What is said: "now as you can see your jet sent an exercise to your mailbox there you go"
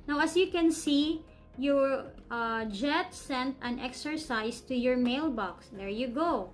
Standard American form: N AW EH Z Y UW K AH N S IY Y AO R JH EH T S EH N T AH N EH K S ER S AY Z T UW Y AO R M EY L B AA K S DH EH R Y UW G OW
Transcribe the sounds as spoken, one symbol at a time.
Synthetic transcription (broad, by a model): N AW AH S Y UW K AH N S IY Y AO R JH EH T S EH N T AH N EH K S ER S AY S T UW Y AO R M EY L B AA K S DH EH R Y UW G OW